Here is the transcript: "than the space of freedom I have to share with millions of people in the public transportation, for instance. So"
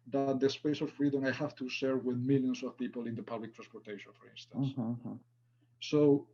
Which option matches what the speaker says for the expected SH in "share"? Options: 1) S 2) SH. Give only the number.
1